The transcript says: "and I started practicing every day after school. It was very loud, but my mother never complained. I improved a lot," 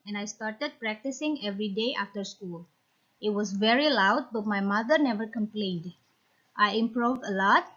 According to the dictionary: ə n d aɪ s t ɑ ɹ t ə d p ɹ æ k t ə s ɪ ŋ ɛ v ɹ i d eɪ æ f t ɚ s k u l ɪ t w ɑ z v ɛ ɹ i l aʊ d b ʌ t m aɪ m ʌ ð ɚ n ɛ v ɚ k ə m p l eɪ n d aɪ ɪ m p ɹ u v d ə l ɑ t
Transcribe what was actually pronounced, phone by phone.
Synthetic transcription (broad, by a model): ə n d aɪ s t ɑ ɹ t ə d p ɹ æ k t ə s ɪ ŋ ɛ v ɹ i d eɪ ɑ f t ɚ s k u l ɪ t w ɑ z v ɛ ɹ i l aʊ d b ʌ t m aɪ m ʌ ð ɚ n ɛ v ɚ k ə m p l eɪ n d aɪ ɪ m p ɹ u v d ə l ɑ t